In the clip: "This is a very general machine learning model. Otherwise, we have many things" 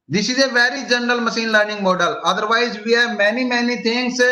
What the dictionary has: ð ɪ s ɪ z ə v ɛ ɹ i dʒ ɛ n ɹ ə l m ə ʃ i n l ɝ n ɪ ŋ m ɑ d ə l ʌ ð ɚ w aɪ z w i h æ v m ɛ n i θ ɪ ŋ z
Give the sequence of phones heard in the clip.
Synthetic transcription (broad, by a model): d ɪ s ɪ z ə v ɛ ɹ i dʒ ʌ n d ə l m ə s i n l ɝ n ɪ ŋ m ɑ d ə l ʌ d ɚ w aɪ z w i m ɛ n m ɛ n i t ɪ ŋ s